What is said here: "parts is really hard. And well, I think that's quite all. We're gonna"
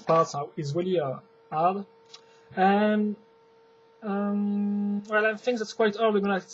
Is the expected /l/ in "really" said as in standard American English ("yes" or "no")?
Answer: yes